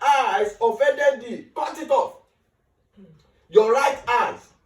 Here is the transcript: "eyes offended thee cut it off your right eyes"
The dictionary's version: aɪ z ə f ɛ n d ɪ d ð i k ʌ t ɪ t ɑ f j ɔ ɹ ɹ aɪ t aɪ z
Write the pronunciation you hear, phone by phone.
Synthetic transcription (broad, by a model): aɪ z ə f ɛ d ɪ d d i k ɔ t ɪ t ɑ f j ɔ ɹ ɹ aɪ t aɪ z